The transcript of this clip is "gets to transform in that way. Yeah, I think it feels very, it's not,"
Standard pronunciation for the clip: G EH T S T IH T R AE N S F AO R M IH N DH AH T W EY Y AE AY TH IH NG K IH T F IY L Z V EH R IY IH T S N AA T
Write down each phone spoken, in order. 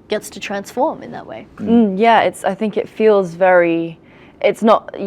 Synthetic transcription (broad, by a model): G EH T S T IH T R AE N S F AO R M IH N DH AH T W EY Y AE AY TH IH NG K IH T F IY L Z V EH R IY IH T S N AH T